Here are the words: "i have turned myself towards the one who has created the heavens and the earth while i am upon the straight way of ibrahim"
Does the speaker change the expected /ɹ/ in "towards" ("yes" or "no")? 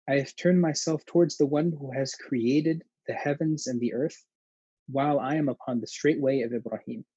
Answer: no